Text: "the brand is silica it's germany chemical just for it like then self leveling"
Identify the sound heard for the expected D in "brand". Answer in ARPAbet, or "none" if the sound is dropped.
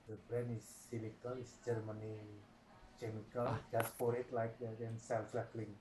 none